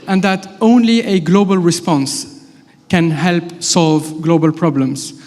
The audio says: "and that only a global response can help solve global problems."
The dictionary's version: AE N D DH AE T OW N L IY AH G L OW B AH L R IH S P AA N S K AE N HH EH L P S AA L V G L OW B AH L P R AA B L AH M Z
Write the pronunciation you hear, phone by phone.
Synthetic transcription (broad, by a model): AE N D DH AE T OW N L IY AH G L OW B AH L R IH S P AA N S K AE N HH EH L P S AA L V G L OW B AH L P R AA B L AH M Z